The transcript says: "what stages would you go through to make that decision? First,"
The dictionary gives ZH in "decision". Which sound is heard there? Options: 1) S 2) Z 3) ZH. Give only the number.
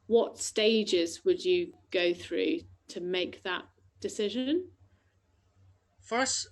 3